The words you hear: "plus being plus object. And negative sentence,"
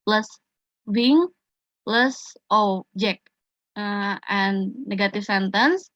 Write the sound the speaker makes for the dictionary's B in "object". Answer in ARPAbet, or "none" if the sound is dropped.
none